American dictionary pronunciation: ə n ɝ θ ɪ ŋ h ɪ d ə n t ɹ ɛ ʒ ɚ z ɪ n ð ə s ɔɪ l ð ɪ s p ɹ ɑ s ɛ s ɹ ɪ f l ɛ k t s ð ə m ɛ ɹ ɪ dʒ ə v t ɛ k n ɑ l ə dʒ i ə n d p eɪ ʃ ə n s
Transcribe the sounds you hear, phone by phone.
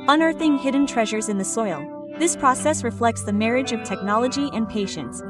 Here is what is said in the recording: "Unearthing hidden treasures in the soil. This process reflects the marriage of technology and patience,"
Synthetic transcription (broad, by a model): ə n ɝ θ ɪ ŋ h ɪ d n t ɹ ɛ ʒ ɚ z ɪ n ð ə s ɔɪ l ð ɪ s p ɹ ɑ s ɛ s ɹ ɪ f l ɛ k t s ð ə m ɛ ɹ ɪ dʒ ə v t ɛ k n ɑ l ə dʒ i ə n p eɪ ʃ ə n s